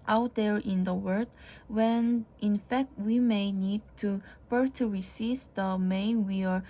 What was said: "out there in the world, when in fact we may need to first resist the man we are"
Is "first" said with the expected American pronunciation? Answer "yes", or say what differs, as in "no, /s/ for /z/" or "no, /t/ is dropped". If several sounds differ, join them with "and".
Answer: no, /s/ is dropped